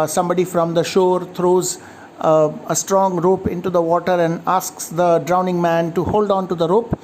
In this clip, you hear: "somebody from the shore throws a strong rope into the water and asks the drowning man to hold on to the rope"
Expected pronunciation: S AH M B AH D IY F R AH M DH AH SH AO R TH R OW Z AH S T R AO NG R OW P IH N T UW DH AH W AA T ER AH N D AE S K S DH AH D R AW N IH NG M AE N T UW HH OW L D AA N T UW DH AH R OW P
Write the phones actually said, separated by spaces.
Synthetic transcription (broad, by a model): S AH M B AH D IY F R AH M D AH SH AO R T R OW Z AH S T R AO NG R OW P IH N T UW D AH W AA T ER AH N D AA S K S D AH D R AW N IH NG M AE N T UW HH OW L D AA N T UW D AH R OW P